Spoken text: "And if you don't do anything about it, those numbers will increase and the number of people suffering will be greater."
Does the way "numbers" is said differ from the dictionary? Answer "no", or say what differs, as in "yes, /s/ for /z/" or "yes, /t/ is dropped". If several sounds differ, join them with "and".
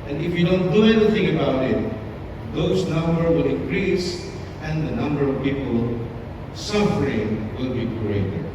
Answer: yes, /z/ is dropped